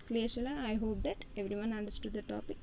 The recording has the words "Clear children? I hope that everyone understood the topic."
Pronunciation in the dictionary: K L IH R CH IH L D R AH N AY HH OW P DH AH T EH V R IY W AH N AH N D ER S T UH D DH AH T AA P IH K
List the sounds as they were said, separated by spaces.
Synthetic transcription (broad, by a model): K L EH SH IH L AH AY HH OW P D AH T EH V R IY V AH N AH N D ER S T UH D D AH T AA P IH K